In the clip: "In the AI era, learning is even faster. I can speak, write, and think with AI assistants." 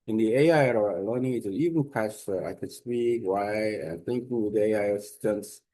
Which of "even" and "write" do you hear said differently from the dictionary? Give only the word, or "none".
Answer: write